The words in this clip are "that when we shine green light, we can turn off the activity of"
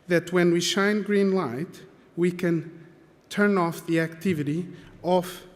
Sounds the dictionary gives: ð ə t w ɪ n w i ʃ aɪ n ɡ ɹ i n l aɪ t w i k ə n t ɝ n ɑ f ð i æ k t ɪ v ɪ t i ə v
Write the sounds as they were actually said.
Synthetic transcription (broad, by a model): ð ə t w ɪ n w i ʃ aɪ n ɡ ɹ i n l aɪ t w i k ə n t ɝ n ɑ f ð i æ k t ɪ v ɪ t i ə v